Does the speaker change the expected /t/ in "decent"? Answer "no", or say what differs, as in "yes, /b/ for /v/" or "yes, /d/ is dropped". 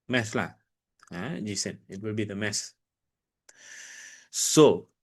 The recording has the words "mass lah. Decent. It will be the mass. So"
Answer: yes, /t/ is dropped